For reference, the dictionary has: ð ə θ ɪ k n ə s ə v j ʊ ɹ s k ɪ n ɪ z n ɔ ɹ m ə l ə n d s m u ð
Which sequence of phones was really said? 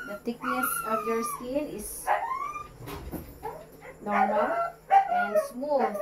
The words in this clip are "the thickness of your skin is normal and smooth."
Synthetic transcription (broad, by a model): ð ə t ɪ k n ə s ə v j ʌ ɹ s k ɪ l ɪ s n ɔ ɹ m ə l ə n s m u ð